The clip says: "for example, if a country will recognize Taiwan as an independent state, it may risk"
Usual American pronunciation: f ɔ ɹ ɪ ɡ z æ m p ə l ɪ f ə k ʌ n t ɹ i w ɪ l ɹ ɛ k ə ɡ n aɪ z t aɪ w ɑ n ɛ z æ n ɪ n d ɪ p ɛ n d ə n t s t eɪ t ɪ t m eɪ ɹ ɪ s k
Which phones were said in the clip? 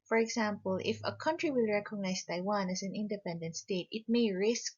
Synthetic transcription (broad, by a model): f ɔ ɹ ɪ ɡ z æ m p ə l ɪ f ə k ʌ n t ɹ i w ɪ l ɹ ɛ k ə ɡ n aɪ s t aɪ w ɑ n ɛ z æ n ɪ n d ɪ p ɛ n d ə n t s t eɪ t ɪ t m eɪ ɹ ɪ s k